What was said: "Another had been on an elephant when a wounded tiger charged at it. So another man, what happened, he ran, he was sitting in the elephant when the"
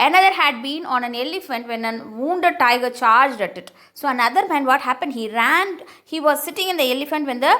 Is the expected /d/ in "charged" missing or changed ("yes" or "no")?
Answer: no